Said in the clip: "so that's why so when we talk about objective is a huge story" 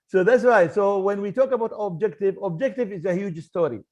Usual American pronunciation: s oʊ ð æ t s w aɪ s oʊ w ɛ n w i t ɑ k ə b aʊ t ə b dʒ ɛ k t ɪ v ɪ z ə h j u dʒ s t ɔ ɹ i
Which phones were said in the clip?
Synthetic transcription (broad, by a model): s oʊ ð æ t s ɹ aɪ s oʊ w ɛ n w i t ɑ k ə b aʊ t ə b dʒ ɛ k t ɪ v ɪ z ə h j u dʒ s t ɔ ɹ i